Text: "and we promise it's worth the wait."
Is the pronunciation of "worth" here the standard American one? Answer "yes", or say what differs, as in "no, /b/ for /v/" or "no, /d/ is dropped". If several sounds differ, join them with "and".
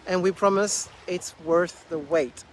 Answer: yes